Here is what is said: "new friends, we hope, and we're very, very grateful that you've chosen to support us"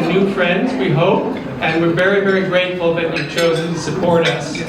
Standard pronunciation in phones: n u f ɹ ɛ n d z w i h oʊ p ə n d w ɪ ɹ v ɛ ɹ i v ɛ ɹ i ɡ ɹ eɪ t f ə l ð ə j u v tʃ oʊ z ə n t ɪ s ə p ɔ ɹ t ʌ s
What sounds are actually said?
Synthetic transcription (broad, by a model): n u f ɹ ɛ n d z w i h oʊ p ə n w ɪ ɹ v ɛ ɹ i v ɛ ɹ i ɡ ɹ eɪ t f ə l ð ə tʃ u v tʃ oʊ z ə n t ɪ s ə p ɔ ɹ t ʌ s